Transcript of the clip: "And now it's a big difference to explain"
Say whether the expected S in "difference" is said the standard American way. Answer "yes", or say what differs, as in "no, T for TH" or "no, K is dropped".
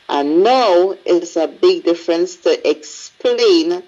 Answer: yes